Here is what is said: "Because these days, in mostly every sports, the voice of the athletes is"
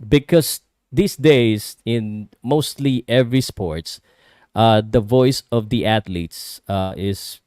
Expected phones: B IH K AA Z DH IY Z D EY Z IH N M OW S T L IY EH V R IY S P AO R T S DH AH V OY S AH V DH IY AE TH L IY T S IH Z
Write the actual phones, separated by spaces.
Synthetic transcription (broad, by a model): B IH K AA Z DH IY S D EY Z IH N M OW S T L IY EH V R IY S P AO R T S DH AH V OY S AH V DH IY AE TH L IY T S IH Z